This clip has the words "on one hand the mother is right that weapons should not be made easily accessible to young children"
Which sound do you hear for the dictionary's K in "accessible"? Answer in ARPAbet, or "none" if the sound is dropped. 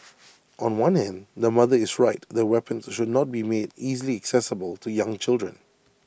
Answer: K